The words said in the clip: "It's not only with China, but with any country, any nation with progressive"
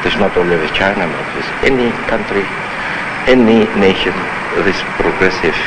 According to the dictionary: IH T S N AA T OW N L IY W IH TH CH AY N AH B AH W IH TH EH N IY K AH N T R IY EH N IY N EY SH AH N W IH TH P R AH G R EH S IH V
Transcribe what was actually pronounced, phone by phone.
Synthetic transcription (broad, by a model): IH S N AA T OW L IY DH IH CH AY N AH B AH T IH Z EH N IY K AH N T R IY EH N IY N EY SH AH N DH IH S P R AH G R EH S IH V